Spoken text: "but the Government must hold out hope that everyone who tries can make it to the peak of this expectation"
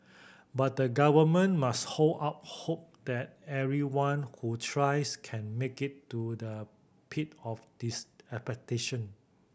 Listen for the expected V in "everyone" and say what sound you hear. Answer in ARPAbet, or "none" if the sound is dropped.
none